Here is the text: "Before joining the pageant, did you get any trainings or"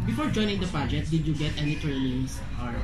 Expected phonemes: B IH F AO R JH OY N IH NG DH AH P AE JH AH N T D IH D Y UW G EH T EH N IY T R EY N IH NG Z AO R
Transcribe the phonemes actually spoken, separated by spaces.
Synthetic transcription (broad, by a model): B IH F AO R JH OY N IH NG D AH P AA JH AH T D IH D Y UW G EH T EH N IY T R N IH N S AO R